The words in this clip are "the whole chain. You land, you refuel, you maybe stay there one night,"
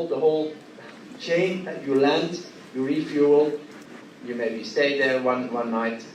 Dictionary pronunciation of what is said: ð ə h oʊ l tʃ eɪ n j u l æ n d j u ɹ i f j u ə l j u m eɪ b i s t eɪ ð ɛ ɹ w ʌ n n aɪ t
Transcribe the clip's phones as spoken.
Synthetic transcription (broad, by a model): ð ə h oʊ l tʃ eɪ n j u l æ n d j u ɹ i f j u ə l j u m eɪ b i s t eɪ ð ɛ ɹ w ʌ n n aɪ t